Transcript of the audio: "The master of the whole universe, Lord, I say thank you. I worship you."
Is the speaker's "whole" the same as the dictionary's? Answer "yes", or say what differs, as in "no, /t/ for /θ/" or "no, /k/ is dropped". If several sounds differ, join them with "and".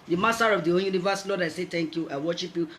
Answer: no, /n/ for /l/